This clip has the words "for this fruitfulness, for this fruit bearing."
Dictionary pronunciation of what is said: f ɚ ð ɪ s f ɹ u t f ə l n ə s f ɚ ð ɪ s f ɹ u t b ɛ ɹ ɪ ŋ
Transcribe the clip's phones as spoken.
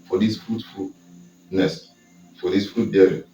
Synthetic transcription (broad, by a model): f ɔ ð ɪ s f ɹ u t f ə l n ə s f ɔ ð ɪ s f ɹ u t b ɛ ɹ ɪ